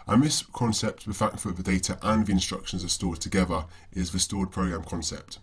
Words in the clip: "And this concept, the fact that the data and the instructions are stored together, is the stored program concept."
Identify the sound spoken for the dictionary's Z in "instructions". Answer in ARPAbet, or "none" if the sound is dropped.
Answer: Z